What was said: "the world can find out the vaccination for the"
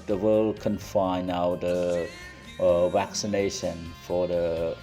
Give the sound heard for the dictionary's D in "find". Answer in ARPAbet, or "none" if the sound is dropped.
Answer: none